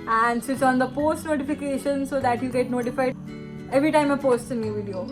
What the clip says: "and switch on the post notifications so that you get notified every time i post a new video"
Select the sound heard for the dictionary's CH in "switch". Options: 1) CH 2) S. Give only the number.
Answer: 2